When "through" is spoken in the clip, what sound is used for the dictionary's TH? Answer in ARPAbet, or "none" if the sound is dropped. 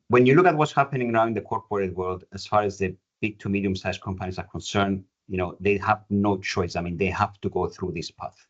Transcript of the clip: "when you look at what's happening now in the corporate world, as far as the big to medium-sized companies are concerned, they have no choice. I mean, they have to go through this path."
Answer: TH